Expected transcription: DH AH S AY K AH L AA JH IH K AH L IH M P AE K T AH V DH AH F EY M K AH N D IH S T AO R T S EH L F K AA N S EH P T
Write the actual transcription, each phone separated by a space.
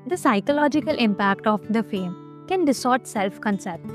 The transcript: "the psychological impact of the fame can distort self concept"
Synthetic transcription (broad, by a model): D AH S AY K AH L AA JH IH K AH L IH M P AE K T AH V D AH F EY M K AH N D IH S AO R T S EH L F K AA N S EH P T